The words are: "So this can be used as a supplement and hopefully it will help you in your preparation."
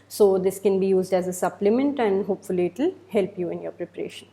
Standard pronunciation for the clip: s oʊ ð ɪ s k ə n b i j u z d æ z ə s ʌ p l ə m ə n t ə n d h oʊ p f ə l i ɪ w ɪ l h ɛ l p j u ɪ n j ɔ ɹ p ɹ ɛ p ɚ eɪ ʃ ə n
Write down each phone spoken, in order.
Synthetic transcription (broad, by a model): s oʊ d ɪ s k ə n b i j u z d æ z ə s ʌ p l ə m ə n t ə n d h oʊ p f ə l i ɪ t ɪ l h ɛ l p j u ɪ n j ɔ ɹ p ɹ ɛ p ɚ eɪ ʃ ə n